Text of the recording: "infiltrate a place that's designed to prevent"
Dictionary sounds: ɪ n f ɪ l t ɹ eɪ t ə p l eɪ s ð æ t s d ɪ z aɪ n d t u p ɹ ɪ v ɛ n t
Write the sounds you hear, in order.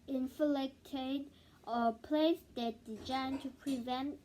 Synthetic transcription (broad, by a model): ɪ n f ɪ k t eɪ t ə p l eɪ s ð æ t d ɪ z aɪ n t u p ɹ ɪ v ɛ n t